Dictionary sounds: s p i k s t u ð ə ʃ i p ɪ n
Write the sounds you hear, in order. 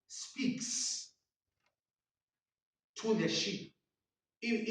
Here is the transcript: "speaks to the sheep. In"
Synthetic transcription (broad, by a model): s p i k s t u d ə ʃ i ɪ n